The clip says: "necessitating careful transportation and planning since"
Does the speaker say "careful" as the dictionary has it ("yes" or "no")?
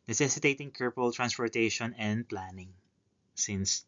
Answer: no